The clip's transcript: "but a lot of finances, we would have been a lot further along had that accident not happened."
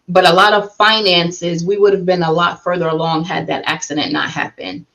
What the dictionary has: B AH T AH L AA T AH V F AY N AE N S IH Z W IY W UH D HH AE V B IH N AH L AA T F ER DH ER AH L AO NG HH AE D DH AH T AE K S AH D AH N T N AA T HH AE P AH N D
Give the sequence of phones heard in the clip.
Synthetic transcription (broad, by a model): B AH T AH L AA T AH V F AY N AE N S IH Z W IY W UH D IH V B IH N AH L AA T F ER DH ER AH L AO NG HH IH D DH AH T AE K S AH D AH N N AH T HH AE P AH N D